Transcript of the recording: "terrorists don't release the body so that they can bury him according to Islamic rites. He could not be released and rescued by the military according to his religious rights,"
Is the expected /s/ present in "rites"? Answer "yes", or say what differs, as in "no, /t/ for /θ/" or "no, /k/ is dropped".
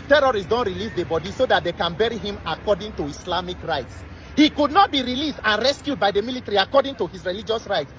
yes